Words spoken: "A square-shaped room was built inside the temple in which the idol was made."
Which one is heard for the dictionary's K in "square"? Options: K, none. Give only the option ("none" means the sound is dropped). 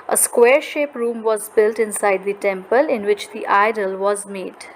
K